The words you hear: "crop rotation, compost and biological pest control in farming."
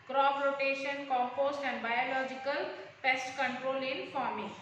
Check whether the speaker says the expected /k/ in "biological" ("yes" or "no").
yes